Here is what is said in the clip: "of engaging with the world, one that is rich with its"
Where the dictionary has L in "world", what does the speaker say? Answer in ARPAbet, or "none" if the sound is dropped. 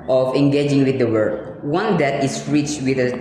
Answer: none